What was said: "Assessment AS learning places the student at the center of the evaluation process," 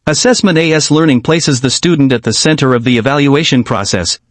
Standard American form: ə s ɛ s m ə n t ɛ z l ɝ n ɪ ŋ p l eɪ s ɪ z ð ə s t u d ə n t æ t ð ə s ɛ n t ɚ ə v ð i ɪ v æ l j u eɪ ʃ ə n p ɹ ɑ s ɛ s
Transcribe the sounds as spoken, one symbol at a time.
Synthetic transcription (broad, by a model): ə s ɛ s m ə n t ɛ s l ɝ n ɪ ŋ p l eɪ s ɪ z ð ə s t u d n t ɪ t ð ə s ɛ n t ɚ ə v ð i ɪ v æ l j u eɪ ʃ ə n p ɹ ɑ s ɛ s